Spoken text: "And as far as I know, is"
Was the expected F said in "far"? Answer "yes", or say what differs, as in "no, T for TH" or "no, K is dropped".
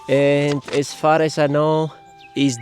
yes